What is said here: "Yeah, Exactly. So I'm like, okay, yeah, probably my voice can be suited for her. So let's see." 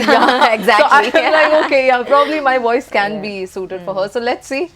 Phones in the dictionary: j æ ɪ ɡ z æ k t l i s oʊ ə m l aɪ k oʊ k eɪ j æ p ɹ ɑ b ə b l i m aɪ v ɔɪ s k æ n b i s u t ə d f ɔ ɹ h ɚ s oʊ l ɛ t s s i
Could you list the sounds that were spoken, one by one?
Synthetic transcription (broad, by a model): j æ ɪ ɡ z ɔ t i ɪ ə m l aɪ k oʊ k eɪ j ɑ p ɹ ɑ b ə b l i m aɪ v ɔɪ s k æ n b i s u t ə d f ɔ ɹ h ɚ s oʊ l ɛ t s s i